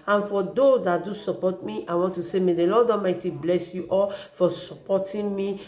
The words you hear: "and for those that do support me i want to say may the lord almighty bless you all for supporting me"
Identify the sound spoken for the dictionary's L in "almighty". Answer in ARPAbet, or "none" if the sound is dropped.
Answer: none